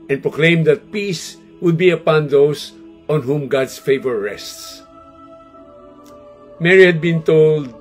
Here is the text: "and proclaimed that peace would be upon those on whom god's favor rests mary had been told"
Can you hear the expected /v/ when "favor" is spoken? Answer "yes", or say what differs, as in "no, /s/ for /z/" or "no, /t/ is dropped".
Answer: yes